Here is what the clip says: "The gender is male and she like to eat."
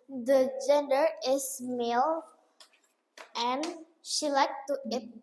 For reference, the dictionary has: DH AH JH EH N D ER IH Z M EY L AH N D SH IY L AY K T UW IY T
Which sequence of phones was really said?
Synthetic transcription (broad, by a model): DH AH JH EH N D ER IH S M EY L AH N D SH IY L AY K T UW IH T